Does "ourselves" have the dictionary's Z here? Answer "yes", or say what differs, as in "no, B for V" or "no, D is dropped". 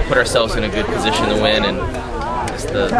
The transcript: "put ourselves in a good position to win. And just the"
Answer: yes